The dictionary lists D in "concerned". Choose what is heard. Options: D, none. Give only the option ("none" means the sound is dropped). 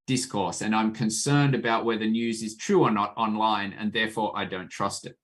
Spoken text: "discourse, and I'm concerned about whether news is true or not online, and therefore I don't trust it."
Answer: D